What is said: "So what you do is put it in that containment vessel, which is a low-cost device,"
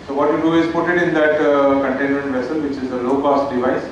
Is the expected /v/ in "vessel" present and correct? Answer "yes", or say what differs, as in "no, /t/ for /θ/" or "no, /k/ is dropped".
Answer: yes